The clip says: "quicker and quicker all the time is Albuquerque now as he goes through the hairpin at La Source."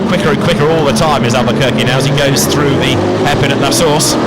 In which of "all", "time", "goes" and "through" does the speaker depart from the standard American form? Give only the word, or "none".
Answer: none